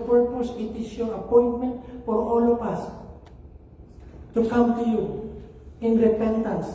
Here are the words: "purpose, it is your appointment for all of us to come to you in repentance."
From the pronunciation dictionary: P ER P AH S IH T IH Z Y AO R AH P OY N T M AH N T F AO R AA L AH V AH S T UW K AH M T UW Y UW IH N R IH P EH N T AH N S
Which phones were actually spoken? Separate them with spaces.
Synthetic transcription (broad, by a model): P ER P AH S IH T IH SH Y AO AH P OY N T M AH N T F AO R AA L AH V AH S T UW K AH M T UW Y UW IH N R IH P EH N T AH N S